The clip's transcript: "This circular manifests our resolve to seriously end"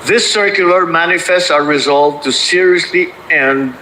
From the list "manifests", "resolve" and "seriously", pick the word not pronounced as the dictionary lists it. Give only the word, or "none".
none